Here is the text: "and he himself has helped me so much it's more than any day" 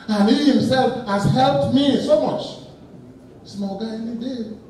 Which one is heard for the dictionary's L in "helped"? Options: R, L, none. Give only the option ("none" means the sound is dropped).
L